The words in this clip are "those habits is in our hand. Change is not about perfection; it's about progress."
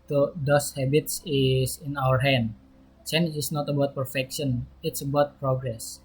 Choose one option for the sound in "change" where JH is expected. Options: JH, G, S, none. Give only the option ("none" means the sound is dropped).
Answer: none